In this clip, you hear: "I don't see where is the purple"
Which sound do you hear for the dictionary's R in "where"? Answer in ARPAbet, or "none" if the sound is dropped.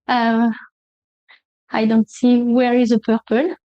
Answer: R